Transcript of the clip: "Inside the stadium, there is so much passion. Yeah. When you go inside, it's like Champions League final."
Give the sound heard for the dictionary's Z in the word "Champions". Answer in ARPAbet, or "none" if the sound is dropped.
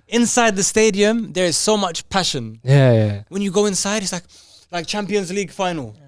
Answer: Z